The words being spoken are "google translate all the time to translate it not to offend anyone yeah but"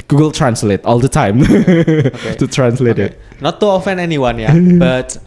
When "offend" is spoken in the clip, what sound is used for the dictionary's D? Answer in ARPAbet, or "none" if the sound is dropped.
none